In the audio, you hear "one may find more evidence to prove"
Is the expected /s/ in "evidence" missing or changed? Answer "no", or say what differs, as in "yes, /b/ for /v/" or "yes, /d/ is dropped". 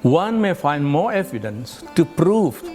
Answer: no